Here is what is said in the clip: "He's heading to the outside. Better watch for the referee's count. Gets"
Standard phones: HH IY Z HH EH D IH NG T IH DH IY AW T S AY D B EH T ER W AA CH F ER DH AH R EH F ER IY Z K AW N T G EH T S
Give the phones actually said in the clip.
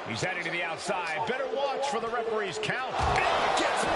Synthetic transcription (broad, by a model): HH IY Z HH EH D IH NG T IH DH IY AW T S AY D B EH T ER W AA CH F ER DH AH R EH P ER IY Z K AW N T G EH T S